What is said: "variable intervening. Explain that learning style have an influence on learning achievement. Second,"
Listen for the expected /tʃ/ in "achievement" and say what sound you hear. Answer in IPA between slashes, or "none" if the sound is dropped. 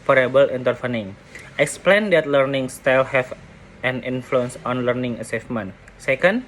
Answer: /s/